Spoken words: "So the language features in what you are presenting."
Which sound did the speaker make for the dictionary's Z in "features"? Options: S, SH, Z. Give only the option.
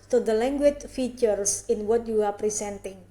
S